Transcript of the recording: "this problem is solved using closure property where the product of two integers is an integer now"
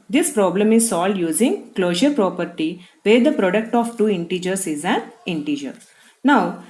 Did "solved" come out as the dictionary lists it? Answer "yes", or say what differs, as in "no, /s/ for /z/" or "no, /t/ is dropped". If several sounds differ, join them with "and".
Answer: no, /v/ is dropped